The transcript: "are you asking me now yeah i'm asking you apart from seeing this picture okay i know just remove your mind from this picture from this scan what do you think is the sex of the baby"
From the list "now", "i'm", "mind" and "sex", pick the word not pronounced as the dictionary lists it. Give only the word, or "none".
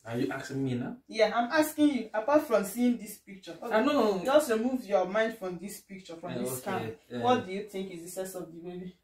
sex